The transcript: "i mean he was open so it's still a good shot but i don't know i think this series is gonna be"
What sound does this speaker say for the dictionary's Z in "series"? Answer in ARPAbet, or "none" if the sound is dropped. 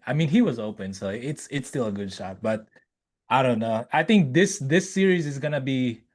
Z